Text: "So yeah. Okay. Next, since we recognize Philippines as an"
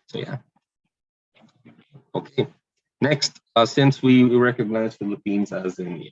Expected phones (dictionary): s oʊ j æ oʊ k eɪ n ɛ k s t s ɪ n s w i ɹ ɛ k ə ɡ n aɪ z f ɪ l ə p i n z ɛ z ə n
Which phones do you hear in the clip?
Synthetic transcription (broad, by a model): s oʊ j æ oʊ k eɪ n ɛ k s t s ɪ n s w i ɹ ɛ k ə ɡ n aɪ z f ɪ l ə p i n z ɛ z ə n